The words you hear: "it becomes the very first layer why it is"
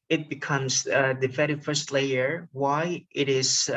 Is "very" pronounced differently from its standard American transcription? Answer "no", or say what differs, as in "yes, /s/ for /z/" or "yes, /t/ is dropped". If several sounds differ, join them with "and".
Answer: yes, /f/ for /v/